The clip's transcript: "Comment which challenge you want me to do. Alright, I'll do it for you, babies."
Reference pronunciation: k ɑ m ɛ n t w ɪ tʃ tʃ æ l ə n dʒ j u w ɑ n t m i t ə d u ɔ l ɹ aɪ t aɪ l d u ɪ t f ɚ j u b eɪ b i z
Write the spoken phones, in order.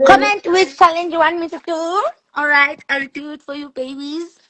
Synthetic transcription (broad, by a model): k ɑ m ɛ n t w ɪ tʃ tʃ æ l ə n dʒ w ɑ n m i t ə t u ɔ l ɹ aɪ t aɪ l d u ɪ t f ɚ j u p eɪ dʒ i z